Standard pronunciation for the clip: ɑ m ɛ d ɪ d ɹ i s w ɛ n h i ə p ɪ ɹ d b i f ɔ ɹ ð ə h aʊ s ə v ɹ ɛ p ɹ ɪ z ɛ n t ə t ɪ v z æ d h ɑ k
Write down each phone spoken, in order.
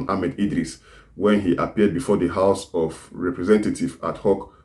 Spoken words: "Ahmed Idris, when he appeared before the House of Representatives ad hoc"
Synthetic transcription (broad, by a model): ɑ m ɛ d ɪ d ɹ i s w ɛ n h i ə p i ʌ d b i f ɔ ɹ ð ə h aʊ s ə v ɹ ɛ p ɹ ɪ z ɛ n t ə t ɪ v ɑ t h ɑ k